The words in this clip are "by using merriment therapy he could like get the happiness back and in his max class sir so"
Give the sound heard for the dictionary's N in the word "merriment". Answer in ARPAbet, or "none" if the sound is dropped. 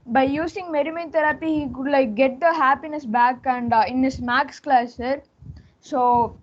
none